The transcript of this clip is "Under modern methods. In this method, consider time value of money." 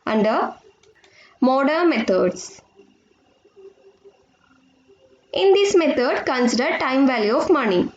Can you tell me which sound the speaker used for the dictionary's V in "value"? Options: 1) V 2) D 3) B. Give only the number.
1